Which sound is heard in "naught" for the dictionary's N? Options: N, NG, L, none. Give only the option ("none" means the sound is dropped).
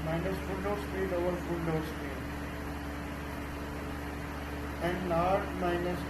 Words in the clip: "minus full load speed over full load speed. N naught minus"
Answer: L